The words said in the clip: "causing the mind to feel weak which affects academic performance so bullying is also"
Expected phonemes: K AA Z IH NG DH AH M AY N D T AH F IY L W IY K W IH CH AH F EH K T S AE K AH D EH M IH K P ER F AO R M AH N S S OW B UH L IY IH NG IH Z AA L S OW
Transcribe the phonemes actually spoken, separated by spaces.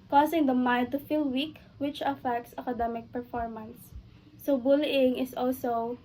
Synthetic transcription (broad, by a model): K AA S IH NG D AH M AY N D T AH F IY L W IY K W IH CH AH F EH K T S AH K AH D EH M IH K P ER F AO R M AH N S S OW B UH L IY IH NG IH S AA L S OW